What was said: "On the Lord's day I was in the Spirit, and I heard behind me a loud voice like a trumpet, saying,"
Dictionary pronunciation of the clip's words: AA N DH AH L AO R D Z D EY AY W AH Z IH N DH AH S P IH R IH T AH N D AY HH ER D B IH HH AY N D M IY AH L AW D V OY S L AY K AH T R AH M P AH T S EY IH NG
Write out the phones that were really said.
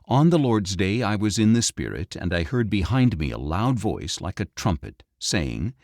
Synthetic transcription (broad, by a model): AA N DH AH L AO R D Z D EY AY W AH Z IH N DH AH S P IH R IH T AH N D AY HH ER D B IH HH AY N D M IY AH L AW D V OY S L AY K AH T R AH M P AH T S EY IH NG